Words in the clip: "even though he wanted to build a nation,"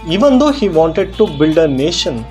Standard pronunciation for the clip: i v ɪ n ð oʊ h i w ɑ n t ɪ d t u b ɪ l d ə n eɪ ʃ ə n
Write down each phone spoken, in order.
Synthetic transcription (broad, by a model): i v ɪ n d oʊ h i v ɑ n t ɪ d t u b ɪ l d ə n eɪ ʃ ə n